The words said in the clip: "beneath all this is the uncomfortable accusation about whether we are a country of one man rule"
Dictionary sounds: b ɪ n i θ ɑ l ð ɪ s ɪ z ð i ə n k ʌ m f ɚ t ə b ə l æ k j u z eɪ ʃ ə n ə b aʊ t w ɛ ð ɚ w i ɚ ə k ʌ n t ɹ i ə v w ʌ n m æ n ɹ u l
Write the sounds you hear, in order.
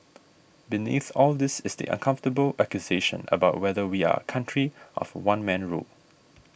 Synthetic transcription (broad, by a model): b ɪ n i θ ɑ l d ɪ s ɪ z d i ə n k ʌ m f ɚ t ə b ə l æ k j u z eɪ ʃ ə n ə b aʊ t w ɛ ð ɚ w i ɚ ə k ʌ n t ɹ i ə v w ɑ n m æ n ɹ u l